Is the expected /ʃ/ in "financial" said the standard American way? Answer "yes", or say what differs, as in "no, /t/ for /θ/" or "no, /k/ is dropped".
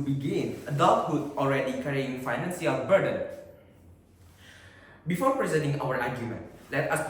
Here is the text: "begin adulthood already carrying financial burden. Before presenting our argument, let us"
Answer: no, /s/ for /ʃ/